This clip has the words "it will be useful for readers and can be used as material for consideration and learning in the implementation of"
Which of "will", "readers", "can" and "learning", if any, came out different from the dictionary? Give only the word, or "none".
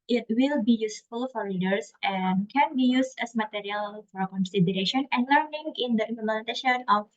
readers